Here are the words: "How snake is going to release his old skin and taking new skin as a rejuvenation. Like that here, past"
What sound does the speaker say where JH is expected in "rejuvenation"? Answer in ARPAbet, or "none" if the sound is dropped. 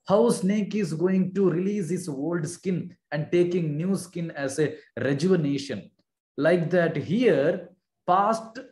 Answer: JH